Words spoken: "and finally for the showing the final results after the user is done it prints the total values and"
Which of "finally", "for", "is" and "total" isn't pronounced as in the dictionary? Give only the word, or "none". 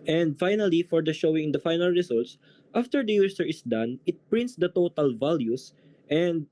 is